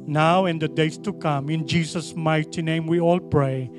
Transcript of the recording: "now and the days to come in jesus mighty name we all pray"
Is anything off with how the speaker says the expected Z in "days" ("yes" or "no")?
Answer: yes